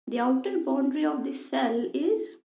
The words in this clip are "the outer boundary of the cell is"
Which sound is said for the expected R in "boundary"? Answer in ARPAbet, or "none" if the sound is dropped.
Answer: R